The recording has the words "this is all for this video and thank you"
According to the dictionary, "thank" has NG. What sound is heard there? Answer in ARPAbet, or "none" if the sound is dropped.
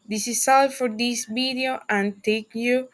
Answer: none